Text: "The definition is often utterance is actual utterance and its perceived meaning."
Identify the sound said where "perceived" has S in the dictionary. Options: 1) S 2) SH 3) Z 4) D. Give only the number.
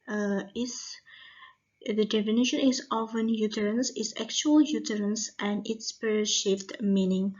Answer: 2